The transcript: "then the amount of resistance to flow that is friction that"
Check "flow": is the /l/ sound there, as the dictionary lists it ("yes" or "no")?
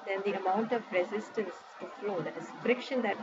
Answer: yes